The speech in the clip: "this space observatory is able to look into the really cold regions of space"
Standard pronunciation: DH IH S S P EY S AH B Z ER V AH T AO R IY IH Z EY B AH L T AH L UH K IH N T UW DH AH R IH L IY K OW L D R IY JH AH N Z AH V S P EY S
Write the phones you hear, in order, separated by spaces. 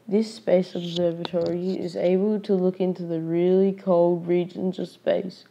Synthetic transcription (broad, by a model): DH IH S S P EY S AH B Z ER V AH T AO R IY IH Z EY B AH L T AH L UH K IH N T UW DH AH R IH L IY K OW L D R IY JH AH N Z AH V S P EY S